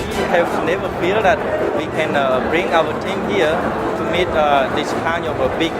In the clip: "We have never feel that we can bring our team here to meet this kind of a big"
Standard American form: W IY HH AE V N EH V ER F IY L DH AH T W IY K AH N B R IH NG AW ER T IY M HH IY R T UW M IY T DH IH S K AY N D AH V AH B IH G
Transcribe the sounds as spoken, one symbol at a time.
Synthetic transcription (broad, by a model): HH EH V N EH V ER F IY L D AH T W IY K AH N B R IH NG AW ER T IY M HH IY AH T UW M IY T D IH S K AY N AH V AH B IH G